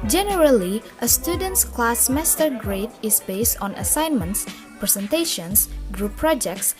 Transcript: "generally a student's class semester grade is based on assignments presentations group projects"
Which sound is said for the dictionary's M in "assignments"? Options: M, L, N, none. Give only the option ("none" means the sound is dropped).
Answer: M